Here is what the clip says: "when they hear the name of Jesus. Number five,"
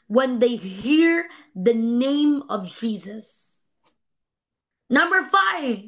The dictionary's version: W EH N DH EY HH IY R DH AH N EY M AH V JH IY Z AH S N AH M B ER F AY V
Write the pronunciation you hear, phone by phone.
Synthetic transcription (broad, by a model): W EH N DH EY HH IY R DH AH N EY M AH V JH IY Z AH S N AH M B ER F AY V